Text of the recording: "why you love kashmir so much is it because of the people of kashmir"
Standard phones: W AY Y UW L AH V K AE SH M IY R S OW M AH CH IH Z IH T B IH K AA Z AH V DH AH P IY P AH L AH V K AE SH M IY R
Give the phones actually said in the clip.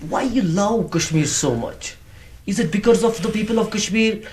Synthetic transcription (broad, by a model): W AY Y UW L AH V K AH SH M IY R S OW M AH CH IH Z IH T B IH K AA Z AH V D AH P IY P AH L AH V K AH SH M IY R